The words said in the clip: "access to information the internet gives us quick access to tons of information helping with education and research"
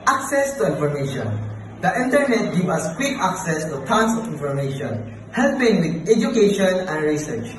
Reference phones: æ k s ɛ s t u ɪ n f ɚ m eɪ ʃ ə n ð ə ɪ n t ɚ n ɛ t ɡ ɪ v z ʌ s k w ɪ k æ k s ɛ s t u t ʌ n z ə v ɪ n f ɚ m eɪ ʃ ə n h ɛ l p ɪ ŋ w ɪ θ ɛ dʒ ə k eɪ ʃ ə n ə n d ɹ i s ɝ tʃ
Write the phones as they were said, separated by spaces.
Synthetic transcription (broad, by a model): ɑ k s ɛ s t u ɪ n f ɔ m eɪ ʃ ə n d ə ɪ n t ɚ n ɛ t ɡ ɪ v ʌ s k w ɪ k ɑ k s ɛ s t u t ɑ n s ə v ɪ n f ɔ m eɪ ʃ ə n h ɛ l p ɪ ŋ w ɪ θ ɛ dʒ ə k eɪ ʃ ə n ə n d ɹ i s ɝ tʃ